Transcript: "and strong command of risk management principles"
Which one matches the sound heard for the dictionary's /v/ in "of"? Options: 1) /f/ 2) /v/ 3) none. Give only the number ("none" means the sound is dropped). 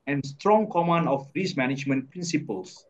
1